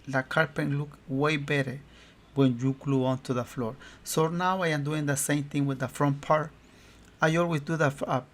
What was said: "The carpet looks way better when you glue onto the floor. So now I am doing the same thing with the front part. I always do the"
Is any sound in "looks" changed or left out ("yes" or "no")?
yes